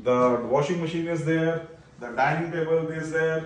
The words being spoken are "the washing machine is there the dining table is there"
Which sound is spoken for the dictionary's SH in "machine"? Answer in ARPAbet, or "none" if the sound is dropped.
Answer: SH